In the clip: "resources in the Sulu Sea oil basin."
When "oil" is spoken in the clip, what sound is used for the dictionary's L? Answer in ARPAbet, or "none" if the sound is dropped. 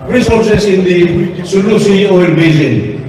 N